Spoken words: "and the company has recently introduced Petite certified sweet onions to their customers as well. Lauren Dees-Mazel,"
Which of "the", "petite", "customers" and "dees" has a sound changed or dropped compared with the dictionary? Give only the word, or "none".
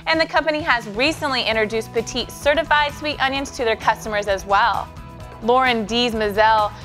none